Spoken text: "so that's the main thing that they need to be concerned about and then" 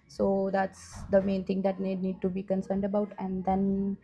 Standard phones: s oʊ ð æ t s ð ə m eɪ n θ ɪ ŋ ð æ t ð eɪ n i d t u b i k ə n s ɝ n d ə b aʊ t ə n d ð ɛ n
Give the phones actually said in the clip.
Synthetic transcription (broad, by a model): s oʊ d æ t s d ə m eɪ n t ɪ ŋ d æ t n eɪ n i d t u b i k ə n s ɝ n d ə b aʊ t ə n d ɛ n